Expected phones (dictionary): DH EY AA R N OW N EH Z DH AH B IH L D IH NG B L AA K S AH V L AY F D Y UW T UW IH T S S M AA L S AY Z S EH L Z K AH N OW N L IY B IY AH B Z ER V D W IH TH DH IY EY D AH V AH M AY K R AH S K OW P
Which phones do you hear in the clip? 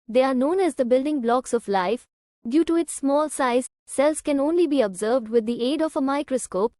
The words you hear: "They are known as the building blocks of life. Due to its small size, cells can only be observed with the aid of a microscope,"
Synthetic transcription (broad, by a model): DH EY AA R N OW N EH Z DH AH B IH L D IH NG B L AA K S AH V L AY F D Y UW T UW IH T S S M AA L S AY Z S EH L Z K AH N OW N L IY B IY AH B Z ER V D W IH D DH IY EY D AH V AH M AY K R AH S K OW P